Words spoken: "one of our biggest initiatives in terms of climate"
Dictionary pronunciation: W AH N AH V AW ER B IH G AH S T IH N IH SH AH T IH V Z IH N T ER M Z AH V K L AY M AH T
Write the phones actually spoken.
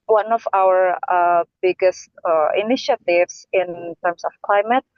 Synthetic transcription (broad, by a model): W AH N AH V AW ER B IH G AH S T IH N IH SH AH T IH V S IH N T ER M S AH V K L AY M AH T